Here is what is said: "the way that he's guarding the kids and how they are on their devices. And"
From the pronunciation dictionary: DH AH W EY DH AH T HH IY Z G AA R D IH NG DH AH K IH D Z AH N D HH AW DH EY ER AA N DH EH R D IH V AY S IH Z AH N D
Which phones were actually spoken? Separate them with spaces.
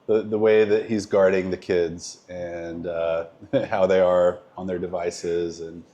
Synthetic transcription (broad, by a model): DH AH W EY DH AH T HH IY Z G AA R D IH NG DH AH K IH D Z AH N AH HH AW DH EY ER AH N DH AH R D IH V AY S IH Z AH N